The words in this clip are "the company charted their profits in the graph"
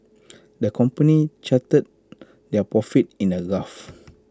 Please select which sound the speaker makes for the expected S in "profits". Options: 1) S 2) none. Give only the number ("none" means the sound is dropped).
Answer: 2